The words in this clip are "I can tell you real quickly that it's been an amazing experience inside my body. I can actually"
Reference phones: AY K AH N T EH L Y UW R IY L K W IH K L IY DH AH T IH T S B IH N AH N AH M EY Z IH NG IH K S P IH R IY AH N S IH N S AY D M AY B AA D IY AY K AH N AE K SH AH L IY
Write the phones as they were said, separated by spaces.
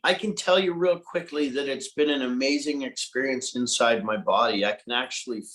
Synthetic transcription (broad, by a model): AY K AH N T EH L Y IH R IY L K W IH K L IY DH AH T IH T S B IH N AH N AH M EY Z IH NG IH K S P IH R IY AH N S IH N S AY D M AY B AA D IY AY K AH N AE K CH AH L IY